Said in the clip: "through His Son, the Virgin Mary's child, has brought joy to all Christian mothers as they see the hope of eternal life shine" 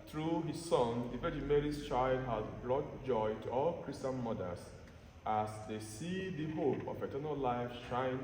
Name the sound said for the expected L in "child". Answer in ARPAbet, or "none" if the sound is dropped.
L